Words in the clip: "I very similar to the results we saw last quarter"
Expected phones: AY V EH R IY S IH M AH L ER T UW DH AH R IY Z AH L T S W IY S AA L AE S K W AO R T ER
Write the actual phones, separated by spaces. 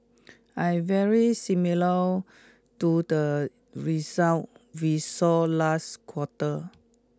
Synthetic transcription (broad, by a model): AY V EH R IY S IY M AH L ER T UW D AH R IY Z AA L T W IY S AA L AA S K W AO T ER